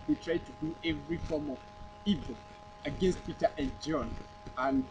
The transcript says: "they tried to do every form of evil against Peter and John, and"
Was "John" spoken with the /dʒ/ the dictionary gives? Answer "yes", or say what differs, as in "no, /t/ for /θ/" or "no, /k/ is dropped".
yes